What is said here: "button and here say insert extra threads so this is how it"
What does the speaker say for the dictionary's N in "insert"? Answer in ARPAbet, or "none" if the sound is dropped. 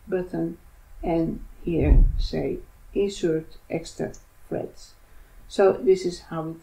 none